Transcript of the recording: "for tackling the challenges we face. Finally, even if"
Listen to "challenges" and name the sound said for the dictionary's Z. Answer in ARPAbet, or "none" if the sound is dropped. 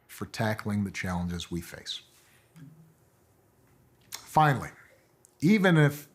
Z